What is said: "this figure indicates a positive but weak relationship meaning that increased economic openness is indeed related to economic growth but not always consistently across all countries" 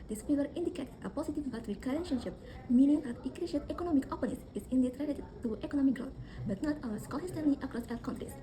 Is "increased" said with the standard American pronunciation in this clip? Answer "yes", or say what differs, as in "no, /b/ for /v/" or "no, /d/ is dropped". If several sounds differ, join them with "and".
no, /n/ is dropped